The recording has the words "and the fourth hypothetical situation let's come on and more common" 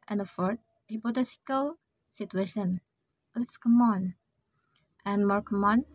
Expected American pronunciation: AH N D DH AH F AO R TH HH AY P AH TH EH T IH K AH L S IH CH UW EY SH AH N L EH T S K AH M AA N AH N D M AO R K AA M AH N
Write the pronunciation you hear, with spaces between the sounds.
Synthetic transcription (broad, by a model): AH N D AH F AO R T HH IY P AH T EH S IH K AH L S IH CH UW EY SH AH N L EH T S K AH M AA N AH N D M AO R K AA M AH N